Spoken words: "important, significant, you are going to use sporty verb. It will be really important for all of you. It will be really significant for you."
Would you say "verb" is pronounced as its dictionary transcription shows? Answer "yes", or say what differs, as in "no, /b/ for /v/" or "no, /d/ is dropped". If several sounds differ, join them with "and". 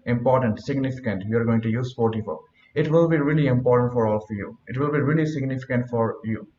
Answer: no, /f/ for /v/ and /b/ is dropped